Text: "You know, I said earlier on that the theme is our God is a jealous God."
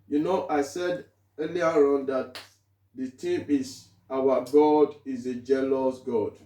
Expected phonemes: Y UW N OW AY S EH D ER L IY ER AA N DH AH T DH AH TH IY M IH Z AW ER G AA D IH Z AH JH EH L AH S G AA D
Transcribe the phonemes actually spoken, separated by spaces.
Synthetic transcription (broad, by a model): Y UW N OW AY S EH D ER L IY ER AA N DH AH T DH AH T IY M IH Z AW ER G AA D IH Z AH JH EH L AH S G AA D